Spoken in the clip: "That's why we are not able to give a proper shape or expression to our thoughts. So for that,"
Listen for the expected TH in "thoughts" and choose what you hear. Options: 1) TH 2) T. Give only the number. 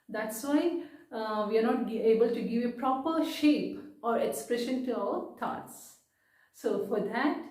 2